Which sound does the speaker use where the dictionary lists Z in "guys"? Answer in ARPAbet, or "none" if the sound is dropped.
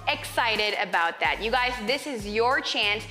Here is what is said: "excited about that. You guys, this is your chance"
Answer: Z